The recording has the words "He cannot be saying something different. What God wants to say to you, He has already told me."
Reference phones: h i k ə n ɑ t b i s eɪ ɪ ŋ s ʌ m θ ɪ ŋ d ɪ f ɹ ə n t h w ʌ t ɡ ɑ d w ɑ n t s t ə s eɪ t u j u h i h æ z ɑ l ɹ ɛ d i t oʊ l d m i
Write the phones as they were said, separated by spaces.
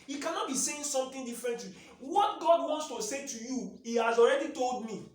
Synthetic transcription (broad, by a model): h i k ə n ɑ t b i s eɪ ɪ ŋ s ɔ m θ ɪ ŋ d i f ɹ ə n t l w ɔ t ɡ ɑ d w ɑ n t s t ə s eɪ t u j u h i h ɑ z ɑ l ɹ ɛ d i t oʊ l d m i